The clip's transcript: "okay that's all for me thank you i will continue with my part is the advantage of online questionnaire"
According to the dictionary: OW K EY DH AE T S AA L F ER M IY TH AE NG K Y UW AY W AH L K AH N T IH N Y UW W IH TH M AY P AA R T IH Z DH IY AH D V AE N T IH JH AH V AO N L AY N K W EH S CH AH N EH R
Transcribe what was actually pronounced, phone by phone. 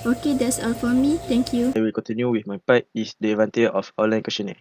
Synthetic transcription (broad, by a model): OW K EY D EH T S AA L F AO M IY T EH NG K Y UW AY W AH L K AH N T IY N Y UW W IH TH M AY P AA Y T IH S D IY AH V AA N T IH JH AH F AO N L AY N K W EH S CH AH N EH